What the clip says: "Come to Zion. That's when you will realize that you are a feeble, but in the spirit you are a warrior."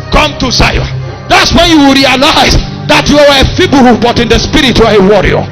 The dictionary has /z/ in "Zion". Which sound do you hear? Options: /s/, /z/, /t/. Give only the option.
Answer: /s/